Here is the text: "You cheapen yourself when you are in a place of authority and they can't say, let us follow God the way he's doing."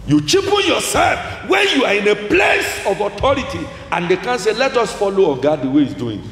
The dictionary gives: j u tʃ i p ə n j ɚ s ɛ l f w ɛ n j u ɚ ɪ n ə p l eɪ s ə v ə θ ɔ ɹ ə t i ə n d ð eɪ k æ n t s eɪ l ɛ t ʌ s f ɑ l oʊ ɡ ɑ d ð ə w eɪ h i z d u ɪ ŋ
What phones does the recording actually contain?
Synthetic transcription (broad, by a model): j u tʃ i p ə n j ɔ s ɛ l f w ɛ n j u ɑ ɪ n ə p l eɪ s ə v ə t ɔ ɹ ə t i ə n d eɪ k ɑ n s eɪ l ɛ t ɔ s f ɑ l oʊ ɡ ɑ d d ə w eɪ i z d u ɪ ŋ